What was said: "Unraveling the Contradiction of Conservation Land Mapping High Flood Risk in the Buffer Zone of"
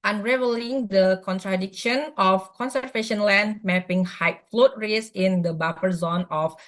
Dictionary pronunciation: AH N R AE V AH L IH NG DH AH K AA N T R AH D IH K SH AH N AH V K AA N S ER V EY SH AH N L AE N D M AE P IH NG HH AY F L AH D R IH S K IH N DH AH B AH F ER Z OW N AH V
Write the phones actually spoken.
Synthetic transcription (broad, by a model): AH N R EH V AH L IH NG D AH K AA N T R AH D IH K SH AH N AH F K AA N S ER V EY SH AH N L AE N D M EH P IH NG HH AY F L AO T R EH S IH N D AH B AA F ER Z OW N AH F